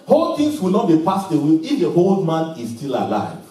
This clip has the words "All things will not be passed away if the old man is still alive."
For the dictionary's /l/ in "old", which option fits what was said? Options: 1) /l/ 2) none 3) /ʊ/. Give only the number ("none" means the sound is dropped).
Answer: 1